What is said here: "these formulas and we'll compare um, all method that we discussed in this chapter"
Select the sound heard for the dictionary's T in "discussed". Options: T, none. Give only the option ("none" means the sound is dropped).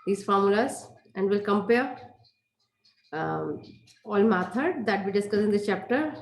none